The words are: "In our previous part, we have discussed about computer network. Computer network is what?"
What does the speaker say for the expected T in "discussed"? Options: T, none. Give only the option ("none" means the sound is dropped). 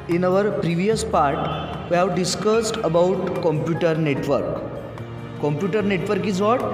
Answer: T